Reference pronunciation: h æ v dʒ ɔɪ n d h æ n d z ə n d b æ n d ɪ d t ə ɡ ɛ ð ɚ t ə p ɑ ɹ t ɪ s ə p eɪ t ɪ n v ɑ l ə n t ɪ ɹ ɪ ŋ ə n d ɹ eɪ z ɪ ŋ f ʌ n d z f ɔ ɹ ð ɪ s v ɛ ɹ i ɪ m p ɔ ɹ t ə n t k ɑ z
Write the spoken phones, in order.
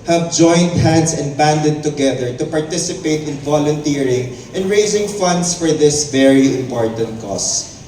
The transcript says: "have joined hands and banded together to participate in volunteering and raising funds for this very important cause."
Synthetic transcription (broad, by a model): h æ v dʒ ɔɪ n d h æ n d s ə n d b æ n d ɪ d t ə ɡ ɛ ð ɚ t ə p ɑ ɹ t ɪ s ə p eɪ t ɪ n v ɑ l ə n t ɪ ɹ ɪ ŋ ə n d ɹ eɪ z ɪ ŋ f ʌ n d s f ɔ ɹ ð ɪ s v ɛ ɹ i ɪ m p ɔ ɹ t ə n t k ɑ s